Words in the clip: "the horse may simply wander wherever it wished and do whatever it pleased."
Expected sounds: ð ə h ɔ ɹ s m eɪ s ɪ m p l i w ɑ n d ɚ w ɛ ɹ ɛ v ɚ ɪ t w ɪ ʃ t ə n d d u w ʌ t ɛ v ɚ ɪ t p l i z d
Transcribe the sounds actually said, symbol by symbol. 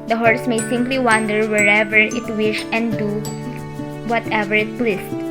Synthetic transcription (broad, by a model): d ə h ɔ ɹ s m eɪ s ɪ m p l i w ɑ n d ɚ w ɛ ɹ ɛ v ɚ ɪ t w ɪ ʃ ə n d d u w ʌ t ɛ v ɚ ɪ t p l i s